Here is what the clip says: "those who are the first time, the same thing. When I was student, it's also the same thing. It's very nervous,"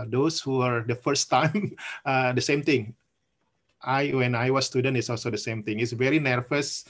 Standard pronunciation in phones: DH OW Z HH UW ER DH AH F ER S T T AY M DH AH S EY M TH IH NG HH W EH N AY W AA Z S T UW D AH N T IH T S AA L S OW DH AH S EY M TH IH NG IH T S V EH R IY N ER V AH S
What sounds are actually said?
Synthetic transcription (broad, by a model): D OW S HH UW ER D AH F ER S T T AY M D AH S EY M T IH NG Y W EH N AY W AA S T UW D AH N T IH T S AA L S OW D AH S EY M T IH NG IH T S V EH R IY N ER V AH S